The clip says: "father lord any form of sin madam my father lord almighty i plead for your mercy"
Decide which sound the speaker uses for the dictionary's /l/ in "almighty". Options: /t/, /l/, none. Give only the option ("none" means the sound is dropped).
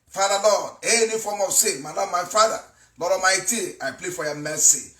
none